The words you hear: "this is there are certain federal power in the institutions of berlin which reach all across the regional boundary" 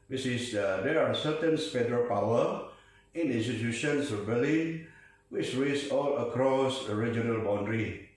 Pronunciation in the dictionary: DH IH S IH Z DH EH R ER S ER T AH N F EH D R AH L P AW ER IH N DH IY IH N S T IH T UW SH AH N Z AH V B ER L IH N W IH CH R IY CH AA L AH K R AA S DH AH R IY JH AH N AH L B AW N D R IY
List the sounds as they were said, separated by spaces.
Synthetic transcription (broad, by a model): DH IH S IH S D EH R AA S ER T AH N P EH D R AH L P AW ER IH N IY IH N S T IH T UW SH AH N S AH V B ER L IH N W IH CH R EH S AA L AH K R AA S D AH R IY JH AH N AH L B AW N D R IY